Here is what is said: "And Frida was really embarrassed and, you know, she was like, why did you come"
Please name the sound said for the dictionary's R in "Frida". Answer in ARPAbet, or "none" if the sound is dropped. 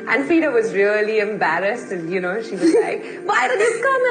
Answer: none